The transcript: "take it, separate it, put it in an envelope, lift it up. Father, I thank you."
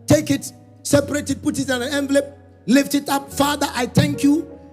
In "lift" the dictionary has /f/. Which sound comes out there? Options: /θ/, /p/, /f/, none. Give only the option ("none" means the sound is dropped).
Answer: /f/